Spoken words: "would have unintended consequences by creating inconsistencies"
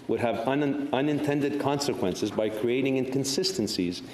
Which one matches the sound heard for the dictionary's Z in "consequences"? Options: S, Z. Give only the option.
Z